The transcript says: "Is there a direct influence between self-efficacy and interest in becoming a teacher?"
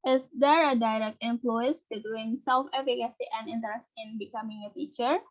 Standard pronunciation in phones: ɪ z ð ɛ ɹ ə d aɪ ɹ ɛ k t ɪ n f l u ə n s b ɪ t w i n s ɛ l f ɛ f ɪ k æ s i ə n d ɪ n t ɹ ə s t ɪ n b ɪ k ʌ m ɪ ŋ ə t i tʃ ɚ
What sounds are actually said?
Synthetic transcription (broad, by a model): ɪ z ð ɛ ɹ ə d aɪ ɹ ɛ k t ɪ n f l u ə n s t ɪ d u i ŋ s ɛ l f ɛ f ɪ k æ s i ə n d ɪ n t ɹ ə s t ɪ n b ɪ k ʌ m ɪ ŋ ə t i tʃ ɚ